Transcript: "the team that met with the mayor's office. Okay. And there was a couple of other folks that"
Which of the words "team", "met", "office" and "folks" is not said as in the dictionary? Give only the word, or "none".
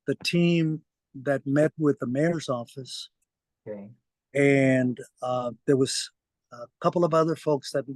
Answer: none